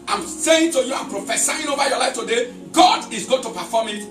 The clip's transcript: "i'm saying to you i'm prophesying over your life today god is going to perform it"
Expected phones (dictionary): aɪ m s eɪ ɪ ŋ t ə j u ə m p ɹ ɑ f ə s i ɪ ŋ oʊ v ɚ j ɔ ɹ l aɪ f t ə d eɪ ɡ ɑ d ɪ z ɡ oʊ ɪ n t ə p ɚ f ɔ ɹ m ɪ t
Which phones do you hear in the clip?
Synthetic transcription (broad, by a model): aɪ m s eɪ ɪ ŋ t ə j u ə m p ɹ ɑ f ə s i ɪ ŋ oʊ v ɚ j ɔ l aɪ f t ə d eɪ ɡ ɑ d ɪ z ɡ oʊ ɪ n t ə p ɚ f ɔ m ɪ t